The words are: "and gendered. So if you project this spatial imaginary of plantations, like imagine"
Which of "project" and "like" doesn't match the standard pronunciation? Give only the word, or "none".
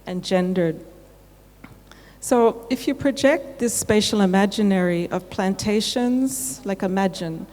none